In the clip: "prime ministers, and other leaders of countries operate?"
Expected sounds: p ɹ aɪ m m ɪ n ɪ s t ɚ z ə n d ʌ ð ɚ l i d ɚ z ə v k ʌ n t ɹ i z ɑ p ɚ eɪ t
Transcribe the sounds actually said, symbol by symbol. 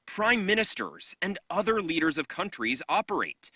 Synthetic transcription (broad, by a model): p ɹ aɪ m m ɪ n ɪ s t ɚ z ə n d ʌ ð ɚ l i d ɚ z ə v k ʌ n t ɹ i z ɑ p ɚ eɪ t